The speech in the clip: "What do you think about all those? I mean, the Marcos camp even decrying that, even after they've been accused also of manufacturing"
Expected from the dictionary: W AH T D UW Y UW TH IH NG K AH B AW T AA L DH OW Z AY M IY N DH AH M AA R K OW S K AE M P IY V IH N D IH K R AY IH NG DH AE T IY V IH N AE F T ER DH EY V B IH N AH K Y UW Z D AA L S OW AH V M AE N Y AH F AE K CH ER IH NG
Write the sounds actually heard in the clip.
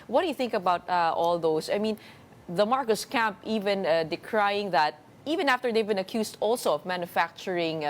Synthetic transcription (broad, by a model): W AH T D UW Y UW TH IH NG K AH B AW T AA L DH OW S AY M IY N DH AH M AA R K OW S K AE M P IY V IH N D IH K R AY IH NG DH AE T IY V IH N AE F T ER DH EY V B IH N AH K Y UW S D AA L S OW AH V M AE N Y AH F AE K CH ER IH NG